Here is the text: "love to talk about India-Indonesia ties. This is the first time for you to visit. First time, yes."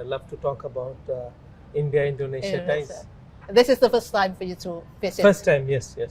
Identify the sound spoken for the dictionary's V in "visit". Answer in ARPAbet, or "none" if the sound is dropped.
F